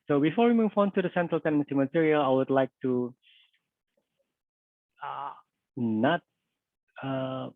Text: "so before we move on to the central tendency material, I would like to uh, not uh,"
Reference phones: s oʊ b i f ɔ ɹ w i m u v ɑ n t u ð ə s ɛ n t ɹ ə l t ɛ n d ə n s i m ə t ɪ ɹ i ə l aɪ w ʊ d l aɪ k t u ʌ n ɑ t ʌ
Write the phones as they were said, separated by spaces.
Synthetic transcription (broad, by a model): s oʊ b i f ɔ ɹ w i m u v ɑ n t u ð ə s ɛ n t ɹ ə l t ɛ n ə s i m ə t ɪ ɹ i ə l aɪ w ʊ d l aɪ k t u ʌ n ɑ t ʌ